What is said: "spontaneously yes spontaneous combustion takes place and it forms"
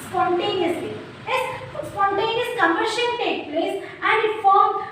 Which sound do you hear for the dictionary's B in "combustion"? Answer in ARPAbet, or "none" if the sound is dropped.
none